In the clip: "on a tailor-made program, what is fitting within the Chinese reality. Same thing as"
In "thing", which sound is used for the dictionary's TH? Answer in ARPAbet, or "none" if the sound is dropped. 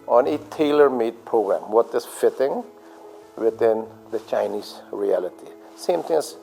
T